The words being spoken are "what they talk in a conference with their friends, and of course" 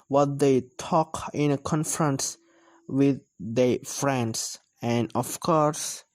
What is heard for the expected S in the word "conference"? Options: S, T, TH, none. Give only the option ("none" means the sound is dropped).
S